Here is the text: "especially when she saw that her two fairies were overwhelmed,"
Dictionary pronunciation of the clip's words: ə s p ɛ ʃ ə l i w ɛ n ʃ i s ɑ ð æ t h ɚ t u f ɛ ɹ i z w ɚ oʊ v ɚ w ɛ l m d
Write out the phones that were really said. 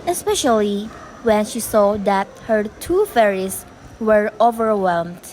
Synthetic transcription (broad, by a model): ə s p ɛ ʃ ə l i w ɛ n ʃ i s ɑ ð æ t h ɚ t u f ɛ ɹ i s w ɚ oʊ v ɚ w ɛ l m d